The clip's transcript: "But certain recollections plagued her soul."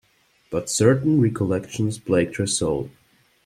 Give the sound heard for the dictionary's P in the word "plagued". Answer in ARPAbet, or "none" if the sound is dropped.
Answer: B